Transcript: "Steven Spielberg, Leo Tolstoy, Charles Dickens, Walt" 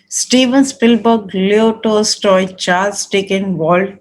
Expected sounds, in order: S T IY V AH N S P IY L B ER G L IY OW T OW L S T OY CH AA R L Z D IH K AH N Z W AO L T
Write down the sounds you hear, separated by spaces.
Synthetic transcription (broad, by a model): S T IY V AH N S P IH L B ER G L IY OW T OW S T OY CH AA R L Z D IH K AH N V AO L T